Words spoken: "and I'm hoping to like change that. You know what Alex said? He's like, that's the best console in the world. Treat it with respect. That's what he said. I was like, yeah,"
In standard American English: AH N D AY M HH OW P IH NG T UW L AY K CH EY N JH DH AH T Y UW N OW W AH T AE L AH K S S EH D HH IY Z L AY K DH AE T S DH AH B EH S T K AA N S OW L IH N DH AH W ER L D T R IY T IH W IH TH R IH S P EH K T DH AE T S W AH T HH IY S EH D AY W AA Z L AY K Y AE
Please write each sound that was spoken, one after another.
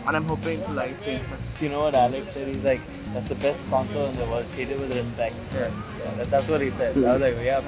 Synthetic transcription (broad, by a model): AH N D AY M HH OW P IH NG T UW L AY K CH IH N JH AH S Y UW N OW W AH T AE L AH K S S EH D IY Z L AY K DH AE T S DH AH B EH S T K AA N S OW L IH N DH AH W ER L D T IY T IH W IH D R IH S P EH K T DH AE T S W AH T HH IY S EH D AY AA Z L AY K Y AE